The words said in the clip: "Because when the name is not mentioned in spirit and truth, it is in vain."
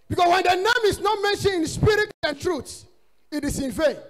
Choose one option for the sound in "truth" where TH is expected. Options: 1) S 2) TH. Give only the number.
1